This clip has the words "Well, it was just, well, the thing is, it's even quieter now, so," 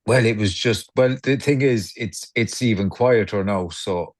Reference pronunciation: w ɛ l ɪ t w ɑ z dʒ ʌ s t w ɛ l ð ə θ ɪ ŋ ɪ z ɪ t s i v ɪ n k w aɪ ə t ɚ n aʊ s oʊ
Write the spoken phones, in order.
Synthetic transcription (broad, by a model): w ɛ l ɪ t w ɑ z dʒ ʌ s t w ɛ l ð ə θ ɪ ŋ ɪ z ɪ t s i v ɪ n k w aɪ ə t ɚ n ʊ s oʊ